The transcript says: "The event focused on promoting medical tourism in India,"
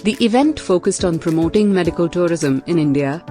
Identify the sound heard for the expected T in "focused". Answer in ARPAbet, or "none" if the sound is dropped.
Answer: T